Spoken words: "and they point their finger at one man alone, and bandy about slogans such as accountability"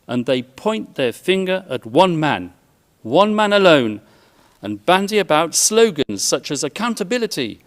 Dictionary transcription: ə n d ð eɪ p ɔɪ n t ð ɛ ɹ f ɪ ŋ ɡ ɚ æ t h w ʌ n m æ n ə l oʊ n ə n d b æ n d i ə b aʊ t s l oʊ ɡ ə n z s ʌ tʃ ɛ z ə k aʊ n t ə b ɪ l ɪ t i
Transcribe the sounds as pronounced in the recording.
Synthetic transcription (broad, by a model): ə n ð eɪ p ɔɪ n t ð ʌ ɹ f ɪ ŋ ɡ ɚ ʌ t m w ʌ n m æ n ə l oʊ n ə n b æ n d i ə b aʊ t s l oʊ ɡ ə n z s ʌ tʃ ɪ z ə k aʊ n t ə b ɪ l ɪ t i